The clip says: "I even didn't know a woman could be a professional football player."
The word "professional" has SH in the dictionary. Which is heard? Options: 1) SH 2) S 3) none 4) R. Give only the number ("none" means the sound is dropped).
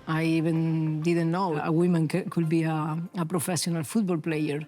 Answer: 2